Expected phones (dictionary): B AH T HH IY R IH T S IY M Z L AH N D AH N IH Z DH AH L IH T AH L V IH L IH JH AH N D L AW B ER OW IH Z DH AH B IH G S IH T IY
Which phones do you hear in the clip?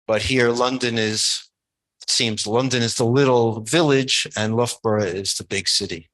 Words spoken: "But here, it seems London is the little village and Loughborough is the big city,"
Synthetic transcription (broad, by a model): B AH T HH IY R IH T S IY M Z L AH N D AH N IH Z DH AH L IH T L V IH L IH JH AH N L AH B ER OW IH Z DH AH B IH G S IH T IY